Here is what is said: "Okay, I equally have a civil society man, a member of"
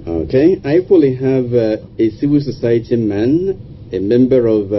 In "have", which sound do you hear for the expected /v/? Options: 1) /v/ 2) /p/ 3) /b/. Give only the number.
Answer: 1